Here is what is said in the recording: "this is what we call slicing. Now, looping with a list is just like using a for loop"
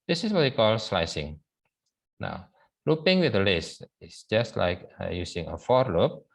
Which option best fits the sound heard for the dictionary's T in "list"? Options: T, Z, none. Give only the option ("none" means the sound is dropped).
none